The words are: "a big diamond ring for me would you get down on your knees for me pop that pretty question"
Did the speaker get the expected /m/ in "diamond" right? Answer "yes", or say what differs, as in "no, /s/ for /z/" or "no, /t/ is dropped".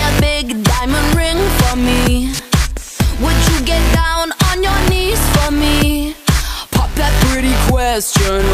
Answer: yes